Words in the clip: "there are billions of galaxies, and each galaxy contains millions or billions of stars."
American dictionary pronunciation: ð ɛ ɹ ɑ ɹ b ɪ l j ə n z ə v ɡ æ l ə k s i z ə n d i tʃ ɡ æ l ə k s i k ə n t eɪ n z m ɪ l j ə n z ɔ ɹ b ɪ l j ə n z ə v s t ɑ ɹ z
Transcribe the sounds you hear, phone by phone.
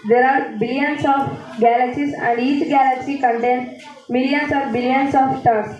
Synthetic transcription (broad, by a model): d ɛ ɹ ɑ ɹ b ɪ l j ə n s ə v ɡ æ l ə k s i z ə n d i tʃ ɡ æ l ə k s i k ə n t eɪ n m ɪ l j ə n s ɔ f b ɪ l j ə n s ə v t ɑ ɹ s